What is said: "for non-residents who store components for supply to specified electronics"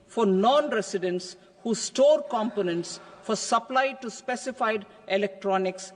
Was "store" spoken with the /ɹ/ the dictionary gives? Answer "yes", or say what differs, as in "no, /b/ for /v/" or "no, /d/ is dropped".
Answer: yes